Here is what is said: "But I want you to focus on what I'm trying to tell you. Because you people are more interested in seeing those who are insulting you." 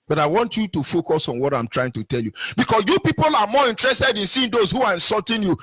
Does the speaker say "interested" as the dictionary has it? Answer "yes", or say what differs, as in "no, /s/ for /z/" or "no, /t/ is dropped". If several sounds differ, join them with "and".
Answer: yes